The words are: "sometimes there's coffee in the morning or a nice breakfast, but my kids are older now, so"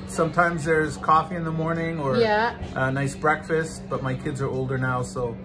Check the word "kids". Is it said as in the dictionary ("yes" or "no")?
yes